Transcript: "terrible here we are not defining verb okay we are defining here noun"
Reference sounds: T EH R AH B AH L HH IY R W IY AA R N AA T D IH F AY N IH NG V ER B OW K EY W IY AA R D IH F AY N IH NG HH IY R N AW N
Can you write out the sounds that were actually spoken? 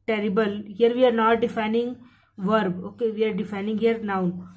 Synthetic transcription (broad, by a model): T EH R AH B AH L HH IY R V IY AA R N AA T D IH F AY N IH NG V ER B OW K EY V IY AA R D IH F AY N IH NG HH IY R N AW